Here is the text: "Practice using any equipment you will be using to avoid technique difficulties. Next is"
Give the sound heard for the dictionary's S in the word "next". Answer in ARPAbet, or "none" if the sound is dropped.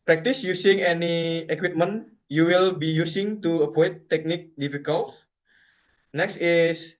S